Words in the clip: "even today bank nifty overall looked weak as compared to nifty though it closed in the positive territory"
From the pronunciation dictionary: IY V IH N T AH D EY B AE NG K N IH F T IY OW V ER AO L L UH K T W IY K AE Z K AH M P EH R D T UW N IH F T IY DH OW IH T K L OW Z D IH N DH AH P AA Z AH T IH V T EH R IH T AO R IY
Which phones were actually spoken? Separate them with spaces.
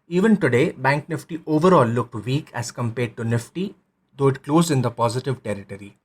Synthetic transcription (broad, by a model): IY V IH N T AH D EY B AE NG K N IH F T IY OW V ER AO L L UH K T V IY K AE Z K AH M P EH R D T UW N IH F T IY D OW IH T K L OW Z IH N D AH P AA Z AH T IH V T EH R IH T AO R IY